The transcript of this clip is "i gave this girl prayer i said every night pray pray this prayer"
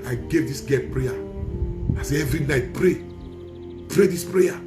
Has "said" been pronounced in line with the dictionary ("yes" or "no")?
no